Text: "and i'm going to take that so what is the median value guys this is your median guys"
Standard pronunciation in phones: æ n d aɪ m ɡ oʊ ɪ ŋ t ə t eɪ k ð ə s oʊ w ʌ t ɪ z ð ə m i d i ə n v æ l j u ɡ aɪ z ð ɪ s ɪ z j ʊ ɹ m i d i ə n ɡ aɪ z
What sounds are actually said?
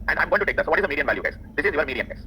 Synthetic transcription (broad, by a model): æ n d aɪ m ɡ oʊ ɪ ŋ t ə t eɪ k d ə s oʊ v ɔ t ɪ z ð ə m i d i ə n v æ l j u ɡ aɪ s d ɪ s ɪ z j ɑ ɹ m i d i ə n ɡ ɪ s